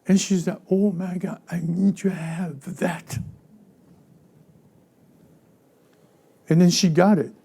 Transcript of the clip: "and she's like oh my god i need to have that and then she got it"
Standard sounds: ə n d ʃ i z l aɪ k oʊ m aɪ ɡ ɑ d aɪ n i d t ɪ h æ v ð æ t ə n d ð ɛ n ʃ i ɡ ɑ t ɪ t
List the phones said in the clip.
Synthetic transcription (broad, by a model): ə n ʃ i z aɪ oʊ m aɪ ɡ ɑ aɪ n i d t ɪ h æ v ð æ t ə n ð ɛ n ʃ i ɡ ɑ t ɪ t